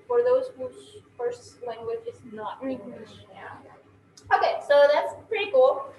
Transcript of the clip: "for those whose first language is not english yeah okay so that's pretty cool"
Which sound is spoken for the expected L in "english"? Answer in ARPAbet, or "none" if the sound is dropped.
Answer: none